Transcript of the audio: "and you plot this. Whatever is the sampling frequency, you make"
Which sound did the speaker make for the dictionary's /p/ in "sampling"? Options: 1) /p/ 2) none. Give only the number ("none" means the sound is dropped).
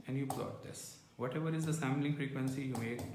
2